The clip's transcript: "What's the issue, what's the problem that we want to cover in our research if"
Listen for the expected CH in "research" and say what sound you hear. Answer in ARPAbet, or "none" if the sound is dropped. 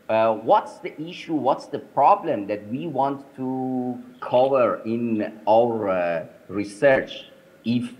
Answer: CH